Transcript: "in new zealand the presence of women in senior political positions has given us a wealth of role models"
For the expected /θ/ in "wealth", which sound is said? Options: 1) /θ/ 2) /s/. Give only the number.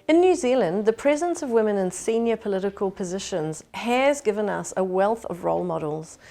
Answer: 1